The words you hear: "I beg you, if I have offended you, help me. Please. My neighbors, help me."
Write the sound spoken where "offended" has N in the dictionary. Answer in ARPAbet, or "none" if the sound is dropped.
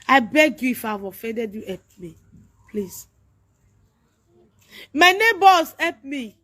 none